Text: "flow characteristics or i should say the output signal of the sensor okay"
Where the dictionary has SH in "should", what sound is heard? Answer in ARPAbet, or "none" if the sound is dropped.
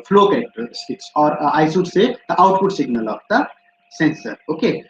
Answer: S